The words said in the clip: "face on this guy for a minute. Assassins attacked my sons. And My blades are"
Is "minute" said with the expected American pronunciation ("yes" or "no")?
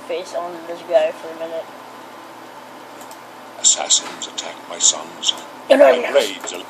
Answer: yes